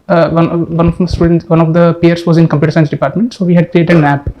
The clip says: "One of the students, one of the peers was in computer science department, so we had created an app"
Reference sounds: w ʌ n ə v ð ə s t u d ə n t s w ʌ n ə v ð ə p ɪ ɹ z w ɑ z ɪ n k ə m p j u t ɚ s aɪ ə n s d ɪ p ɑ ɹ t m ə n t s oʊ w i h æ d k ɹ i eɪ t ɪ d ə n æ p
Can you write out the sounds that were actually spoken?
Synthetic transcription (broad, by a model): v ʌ n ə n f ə s t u d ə n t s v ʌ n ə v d ə p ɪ ɹ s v ɑ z ɪ n k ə m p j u t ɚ s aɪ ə n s d ɪ p ɑ ɹ t m ə n t s oʊ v i h æ d k ɹ i eɪ t ɪ d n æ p